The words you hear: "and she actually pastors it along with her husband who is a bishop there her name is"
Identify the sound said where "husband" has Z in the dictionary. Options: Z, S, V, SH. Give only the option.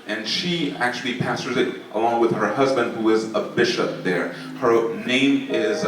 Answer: Z